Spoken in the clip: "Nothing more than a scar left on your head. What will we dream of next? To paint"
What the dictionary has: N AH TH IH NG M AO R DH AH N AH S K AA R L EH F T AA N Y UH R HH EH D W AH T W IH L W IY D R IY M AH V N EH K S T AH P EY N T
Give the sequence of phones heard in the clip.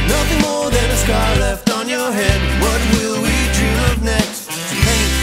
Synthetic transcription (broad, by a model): N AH TH IH NG M AO R DH AH N AH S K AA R L EH F T N Y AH R HH EH D W AH T W IH L W IY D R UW AH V N EH K S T T